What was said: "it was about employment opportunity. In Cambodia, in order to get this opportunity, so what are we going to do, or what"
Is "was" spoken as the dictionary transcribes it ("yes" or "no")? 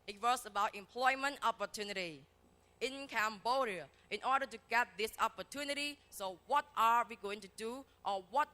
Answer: no